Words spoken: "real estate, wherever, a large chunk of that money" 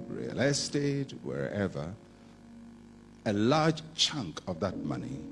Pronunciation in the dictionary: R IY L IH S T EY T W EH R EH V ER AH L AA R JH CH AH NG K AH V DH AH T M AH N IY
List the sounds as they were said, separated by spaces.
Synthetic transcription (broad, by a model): R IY L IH S T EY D W EH R EH V ER AH L AA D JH CH AH NG K AH V DH AH T M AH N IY